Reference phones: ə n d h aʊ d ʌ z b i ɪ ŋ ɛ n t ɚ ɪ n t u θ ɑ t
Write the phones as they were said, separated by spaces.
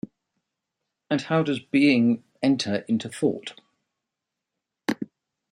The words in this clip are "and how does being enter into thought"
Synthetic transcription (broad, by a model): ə n h aʊ d ʌ z b i ɪ ŋ ɛ n t ɚ ɪ n t u θ ɑ t